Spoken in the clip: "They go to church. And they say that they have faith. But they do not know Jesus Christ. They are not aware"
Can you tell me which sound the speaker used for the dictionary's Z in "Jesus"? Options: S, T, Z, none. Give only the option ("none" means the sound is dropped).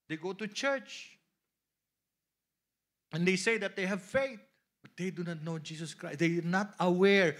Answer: S